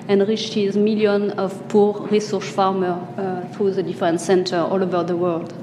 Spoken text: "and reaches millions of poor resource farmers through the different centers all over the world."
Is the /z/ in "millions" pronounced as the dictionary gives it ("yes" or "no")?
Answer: no